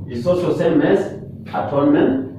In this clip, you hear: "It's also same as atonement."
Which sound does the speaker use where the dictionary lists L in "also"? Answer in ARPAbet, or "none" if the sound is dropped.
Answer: none